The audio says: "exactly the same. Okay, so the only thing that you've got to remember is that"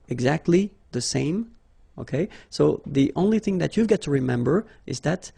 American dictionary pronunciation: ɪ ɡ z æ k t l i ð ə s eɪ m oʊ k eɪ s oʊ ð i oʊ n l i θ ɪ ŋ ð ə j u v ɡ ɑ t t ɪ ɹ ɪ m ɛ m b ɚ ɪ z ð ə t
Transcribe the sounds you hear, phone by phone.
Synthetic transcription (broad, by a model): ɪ ɡ z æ k t l i ð ə s eɪ m oʊ k eɪ s oʊ ð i oʊ n l i θ ɪ ŋ ð ə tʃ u v ɡ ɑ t t ɪ ɹ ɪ m ɛ m b ɚ ɪ z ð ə t